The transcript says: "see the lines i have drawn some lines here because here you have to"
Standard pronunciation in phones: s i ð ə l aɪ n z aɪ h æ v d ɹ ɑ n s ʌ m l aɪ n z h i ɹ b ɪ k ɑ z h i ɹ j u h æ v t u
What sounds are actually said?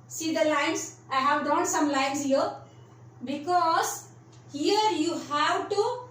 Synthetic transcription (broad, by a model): s i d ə l aɪ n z aɪ h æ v d ɑ n s ʌ m l aɪ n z h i ɹ b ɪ k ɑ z h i ɹ j u h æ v t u